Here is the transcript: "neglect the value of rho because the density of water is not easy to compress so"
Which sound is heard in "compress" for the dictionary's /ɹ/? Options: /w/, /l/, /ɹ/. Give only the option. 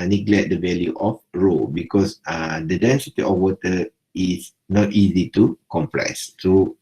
/l/